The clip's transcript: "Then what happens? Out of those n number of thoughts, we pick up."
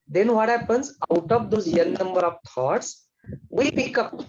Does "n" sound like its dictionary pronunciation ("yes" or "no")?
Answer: no